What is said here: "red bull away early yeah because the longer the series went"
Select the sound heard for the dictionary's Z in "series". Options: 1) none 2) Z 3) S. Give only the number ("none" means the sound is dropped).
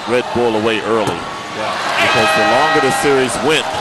2